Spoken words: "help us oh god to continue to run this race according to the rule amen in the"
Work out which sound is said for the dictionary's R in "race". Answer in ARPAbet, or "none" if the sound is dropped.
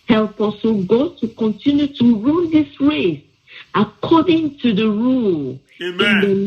R